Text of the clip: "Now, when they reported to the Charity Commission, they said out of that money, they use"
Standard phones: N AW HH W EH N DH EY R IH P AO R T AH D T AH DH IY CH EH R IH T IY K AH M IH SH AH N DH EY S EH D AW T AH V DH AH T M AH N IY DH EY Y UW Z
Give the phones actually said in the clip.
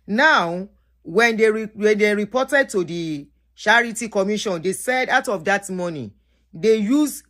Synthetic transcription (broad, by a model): N AW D W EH N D EY R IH P AO T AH D T AH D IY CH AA R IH T IY K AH M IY SH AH N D EY S EH D AW T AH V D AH T M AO N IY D EY Y UW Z